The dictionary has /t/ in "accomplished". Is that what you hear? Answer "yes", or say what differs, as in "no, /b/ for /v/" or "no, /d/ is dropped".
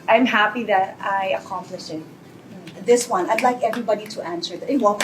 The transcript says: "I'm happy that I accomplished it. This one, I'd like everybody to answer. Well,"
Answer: no, /t/ is dropped